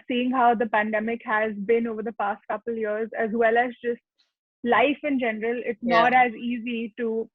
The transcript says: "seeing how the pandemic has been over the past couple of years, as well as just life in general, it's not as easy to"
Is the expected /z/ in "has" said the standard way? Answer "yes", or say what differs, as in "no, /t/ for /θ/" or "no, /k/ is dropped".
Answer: yes